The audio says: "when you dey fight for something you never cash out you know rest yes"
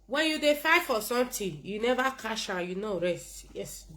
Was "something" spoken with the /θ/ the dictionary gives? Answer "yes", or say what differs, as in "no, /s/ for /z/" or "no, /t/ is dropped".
no, /t/ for /θ/